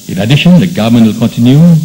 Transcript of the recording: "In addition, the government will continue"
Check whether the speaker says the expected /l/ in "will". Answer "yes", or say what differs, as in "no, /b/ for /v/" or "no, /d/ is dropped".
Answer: yes